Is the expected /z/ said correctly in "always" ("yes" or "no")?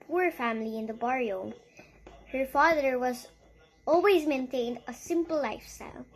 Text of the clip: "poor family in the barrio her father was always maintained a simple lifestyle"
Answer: yes